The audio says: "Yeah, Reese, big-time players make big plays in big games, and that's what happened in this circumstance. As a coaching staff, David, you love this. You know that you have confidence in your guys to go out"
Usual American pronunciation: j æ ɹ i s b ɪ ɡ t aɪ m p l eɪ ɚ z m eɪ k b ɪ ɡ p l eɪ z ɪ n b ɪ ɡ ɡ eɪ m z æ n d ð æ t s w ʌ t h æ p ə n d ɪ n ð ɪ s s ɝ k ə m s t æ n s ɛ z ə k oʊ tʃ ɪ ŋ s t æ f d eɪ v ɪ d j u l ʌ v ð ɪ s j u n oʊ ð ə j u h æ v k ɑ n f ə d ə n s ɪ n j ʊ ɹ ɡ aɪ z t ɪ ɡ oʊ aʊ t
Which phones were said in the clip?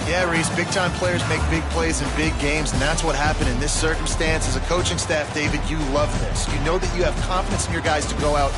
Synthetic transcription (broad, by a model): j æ ɹ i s b ɪ ɡ t aɪ m p l eɪ ɚ z m eɪ k b ɪ ɡ p l eɪ z ɪ n b ɪ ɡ ɡ eɪ m z n ð æ t s w ʌ t h æ p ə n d ɪ n ð ɪ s s ɝ k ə m s t æ n s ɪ z ə k oʊ tʃ ɪ ŋ s t æ f d eɪ v ɪ d j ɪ l ʌ v ð ɪ s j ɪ n oʊ ð ə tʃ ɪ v k ɑ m f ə d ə n s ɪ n j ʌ ɹ ɡ aɪ z t ɪ ɡ oʊ aʊ t